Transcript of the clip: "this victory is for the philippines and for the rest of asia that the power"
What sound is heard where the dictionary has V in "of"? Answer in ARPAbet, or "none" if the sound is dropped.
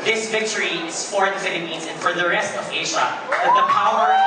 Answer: V